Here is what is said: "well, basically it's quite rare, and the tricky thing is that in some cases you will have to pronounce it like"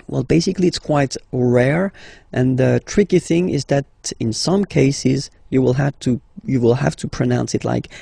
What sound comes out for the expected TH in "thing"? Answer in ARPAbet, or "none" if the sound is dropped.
TH